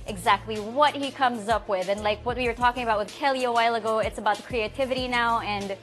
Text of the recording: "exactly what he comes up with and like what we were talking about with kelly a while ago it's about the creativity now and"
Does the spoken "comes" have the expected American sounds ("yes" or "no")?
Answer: yes